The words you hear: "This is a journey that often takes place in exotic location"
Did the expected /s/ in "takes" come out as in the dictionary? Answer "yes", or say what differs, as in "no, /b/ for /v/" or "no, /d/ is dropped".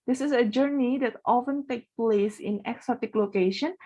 no, /s/ is dropped